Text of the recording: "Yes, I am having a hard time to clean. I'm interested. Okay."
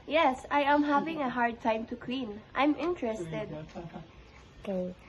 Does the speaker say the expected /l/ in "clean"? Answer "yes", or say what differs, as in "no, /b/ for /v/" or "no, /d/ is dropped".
no, /w/ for /l/